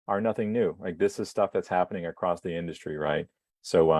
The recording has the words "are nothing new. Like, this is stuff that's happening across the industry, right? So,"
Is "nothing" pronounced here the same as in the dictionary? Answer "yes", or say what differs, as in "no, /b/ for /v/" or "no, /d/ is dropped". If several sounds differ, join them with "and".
yes